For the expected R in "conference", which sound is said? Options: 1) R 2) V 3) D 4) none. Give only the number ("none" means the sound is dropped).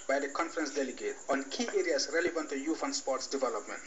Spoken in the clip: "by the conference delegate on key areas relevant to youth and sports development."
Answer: 1